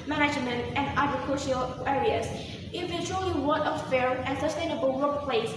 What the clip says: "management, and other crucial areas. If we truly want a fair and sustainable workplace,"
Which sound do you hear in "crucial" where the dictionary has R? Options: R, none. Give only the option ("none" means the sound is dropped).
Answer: none